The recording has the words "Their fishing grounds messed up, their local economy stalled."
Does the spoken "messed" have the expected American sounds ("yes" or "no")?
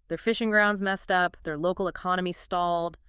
yes